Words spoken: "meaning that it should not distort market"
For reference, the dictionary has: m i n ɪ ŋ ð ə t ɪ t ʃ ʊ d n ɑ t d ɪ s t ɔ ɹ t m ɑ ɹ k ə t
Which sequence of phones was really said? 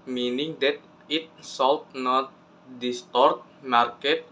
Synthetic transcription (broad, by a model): m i n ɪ ŋ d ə t ɪ t s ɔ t n ɑ t d ɪ s t ɔ ɹ t m ɑ ɹ k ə t